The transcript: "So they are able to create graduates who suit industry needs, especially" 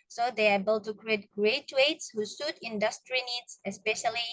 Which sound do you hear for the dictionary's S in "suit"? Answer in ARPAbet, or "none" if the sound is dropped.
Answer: S